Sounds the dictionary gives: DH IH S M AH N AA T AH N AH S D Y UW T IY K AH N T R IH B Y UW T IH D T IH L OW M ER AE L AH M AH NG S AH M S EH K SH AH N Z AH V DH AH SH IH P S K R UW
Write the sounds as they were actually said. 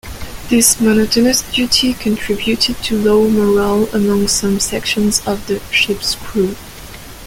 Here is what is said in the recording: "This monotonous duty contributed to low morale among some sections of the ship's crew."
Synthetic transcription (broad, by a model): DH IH S M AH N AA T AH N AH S D Y UW T IY K AH N T R IH B Y UW T IH D T IH L OW M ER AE L AH M AH NG S AH M S EH K SH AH N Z AH V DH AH SH IH P S K R UW